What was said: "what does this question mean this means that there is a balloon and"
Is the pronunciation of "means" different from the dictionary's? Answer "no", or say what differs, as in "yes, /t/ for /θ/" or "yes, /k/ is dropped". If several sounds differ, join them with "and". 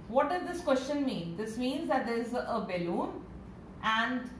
no